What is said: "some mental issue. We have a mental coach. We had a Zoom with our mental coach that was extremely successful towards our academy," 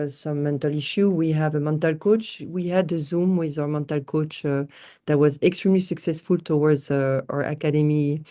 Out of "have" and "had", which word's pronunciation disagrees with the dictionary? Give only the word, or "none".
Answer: none